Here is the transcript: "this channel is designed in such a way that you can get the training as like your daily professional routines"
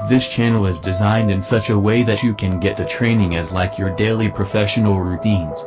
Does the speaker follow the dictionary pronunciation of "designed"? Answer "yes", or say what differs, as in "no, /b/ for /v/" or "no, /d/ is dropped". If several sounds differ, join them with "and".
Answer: yes